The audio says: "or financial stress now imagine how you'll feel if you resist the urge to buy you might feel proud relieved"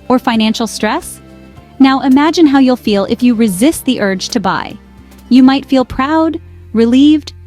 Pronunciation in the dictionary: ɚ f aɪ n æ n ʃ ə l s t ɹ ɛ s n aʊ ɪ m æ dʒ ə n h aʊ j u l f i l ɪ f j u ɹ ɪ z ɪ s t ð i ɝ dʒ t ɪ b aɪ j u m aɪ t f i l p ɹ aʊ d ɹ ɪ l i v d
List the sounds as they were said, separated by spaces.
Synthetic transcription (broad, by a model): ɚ f aɪ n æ n ʃ l s t ɹ ɛ s n aʊ ɪ m æ dʒ ə n h aʊ j u l f i l ɪ f j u ɹ ɪ z ɪ s t ð i ɝ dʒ t ɪ b aɪ j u m aɪ t f i l p ɹ aʊ d ɹ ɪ l i v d